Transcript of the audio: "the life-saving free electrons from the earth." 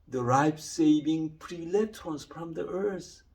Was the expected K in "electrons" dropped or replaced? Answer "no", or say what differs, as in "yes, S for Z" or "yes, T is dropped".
yes, K is dropped